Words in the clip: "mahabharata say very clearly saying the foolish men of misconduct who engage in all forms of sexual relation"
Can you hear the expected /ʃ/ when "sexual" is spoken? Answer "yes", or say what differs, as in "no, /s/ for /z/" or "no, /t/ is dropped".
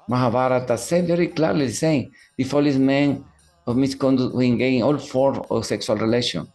no, /s/ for /ʃ/